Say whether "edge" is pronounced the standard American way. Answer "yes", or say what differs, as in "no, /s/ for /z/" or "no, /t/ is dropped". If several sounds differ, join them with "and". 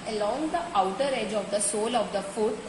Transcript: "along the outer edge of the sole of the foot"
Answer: yes